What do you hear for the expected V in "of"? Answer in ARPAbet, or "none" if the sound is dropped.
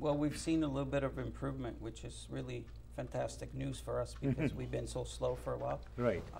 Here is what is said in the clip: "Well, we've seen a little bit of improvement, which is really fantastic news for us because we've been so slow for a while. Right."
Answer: V